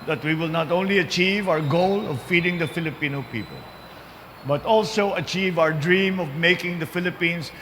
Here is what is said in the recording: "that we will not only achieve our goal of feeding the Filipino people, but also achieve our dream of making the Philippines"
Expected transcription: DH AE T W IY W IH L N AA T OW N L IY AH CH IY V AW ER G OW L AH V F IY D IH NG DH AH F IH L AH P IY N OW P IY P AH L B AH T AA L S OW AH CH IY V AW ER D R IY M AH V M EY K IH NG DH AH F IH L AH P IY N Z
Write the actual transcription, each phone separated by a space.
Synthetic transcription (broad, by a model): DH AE T W IY W IH L N AA T OW N L IY AH CH IY V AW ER G OW L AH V F IY D IH NG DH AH F IH L AH P IY N OW P IY P AH L B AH T AA L S OW AH CH IY V AW ER D R IY M AH V M EY K IH NG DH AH F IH L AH P IY N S